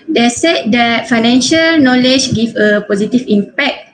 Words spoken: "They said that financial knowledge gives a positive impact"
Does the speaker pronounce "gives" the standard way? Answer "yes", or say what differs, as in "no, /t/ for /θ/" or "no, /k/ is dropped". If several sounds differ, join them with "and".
no, /z/ is dropped